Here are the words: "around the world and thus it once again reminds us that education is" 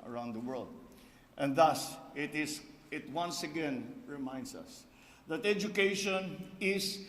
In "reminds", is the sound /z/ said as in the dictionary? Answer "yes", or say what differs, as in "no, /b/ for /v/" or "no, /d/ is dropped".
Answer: no, /s/ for /z/